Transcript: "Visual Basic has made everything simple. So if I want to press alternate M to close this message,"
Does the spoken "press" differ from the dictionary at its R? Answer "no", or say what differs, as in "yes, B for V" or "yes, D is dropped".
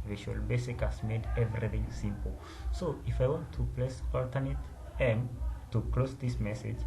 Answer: yes, L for R